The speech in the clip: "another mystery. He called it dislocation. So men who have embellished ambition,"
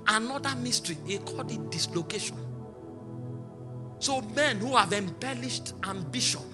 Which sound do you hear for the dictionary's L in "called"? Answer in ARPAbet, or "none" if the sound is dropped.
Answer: none